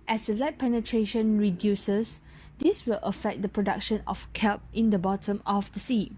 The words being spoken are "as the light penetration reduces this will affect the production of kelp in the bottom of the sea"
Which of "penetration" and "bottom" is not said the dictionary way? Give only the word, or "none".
none